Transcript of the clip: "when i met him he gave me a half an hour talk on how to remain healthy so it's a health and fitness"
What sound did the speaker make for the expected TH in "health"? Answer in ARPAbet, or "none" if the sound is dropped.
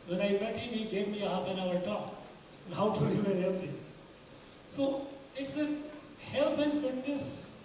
T